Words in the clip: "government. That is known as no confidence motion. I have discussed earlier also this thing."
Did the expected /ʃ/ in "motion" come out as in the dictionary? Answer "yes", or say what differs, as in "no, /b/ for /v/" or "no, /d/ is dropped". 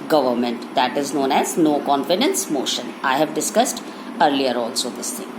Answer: yes